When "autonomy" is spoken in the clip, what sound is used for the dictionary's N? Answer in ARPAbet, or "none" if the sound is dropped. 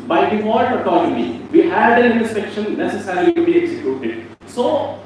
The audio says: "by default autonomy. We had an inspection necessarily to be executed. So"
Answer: L